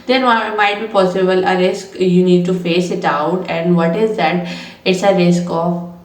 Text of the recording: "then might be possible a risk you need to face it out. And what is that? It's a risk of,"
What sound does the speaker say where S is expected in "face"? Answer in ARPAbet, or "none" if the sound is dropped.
S